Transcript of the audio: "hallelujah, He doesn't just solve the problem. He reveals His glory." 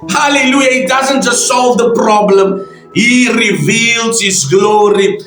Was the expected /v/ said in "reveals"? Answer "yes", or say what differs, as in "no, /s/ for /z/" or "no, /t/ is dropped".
yes